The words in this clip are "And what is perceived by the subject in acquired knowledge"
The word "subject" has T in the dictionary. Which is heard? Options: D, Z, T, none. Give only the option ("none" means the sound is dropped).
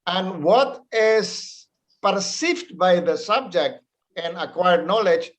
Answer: T